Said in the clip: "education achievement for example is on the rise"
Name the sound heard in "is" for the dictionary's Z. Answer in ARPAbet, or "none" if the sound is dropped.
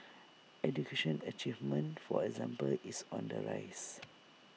S